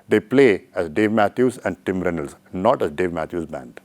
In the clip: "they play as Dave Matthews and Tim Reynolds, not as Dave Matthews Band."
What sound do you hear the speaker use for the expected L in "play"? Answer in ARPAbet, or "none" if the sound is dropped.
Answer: L